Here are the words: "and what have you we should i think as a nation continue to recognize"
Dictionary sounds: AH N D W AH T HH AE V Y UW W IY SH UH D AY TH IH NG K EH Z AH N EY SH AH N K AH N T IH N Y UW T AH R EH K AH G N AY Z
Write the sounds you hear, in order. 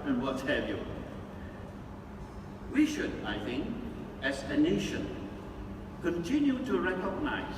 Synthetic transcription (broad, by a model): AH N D W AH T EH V Y UW W IY SH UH D AY TH IH NG K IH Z AH N EY SH AH N K AH N T IH N Y UW T AH R EH K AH G N AY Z